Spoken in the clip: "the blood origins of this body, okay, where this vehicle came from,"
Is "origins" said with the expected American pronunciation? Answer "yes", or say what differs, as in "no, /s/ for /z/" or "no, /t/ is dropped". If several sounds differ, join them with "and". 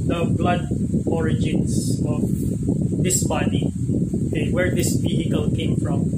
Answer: no, /s/ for /z/